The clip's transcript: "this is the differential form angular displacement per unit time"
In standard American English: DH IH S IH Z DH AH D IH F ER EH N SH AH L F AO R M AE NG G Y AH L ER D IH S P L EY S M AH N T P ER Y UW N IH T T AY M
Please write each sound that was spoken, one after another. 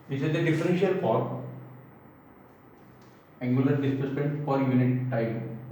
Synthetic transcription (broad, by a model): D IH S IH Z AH D IH F ER EH N SH AH L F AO R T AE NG G Y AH L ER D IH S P EY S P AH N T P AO Y UW N IH T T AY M